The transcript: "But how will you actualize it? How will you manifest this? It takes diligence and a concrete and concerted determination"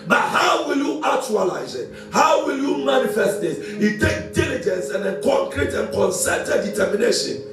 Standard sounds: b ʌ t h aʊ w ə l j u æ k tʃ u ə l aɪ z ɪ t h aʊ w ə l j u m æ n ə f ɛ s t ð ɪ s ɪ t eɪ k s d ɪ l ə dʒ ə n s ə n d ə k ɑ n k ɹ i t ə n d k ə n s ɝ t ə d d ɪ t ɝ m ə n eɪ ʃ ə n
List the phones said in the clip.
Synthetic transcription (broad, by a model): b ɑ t h aʊ w ə l j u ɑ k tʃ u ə l aɪ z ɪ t h aʊ w ə l j u m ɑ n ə f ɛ s t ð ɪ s ɪ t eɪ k d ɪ l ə dʒ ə n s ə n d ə k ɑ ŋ k ɹ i t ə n k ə n s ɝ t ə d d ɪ t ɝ m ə n eɪ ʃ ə n